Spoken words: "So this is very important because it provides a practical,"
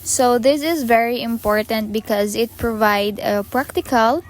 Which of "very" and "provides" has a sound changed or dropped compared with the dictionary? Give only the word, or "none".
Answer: provides